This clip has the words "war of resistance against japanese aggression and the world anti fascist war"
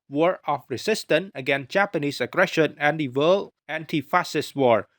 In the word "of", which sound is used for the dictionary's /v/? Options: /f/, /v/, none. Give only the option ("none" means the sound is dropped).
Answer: /f/